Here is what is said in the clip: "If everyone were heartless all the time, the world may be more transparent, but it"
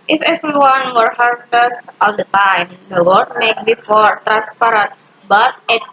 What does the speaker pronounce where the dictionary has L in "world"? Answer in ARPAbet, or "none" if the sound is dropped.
none